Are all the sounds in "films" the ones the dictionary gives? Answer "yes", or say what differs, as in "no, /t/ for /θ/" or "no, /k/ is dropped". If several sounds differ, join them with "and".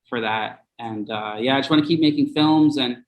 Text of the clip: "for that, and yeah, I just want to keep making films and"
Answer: yes